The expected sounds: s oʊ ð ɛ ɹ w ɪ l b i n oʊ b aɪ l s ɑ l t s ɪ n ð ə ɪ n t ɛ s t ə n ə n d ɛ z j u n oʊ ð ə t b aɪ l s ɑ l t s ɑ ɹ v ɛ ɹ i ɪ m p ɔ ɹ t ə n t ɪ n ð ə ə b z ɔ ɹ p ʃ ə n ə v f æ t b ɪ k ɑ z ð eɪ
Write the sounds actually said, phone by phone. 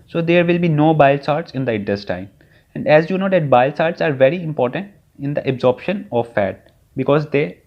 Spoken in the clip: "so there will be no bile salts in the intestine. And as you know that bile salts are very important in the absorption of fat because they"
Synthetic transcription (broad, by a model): s oʊ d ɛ ɹ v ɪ l b i n oʊ b aɪ l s ɑ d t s ɪ n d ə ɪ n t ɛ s t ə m ə n d ɛ z j u n oʊ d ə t b aɪ l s ɑ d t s ɑ ɹ v ɛ ɹ i ɪ m p ɔ ɹ t ə n t ɪ n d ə ə b z ɔ ɹ p ʃ ə n ə v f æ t b ɪ k ɑ z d eɪ